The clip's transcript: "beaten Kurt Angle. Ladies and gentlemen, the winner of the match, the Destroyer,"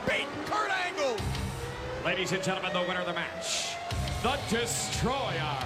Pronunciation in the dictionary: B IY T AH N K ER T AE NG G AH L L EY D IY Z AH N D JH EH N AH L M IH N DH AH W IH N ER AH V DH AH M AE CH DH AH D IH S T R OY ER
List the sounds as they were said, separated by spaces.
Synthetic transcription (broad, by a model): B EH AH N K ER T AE NG G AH L L EY D IY Z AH N JH EH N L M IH N DH AH W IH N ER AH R DH AH M AE CH DH AH D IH S T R OY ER